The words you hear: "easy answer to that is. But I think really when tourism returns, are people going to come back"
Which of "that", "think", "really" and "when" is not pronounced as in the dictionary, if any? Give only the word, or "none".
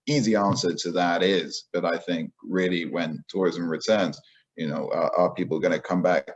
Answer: none